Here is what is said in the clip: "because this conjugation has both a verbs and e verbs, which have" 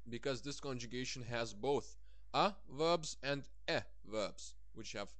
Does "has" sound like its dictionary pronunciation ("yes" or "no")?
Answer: yes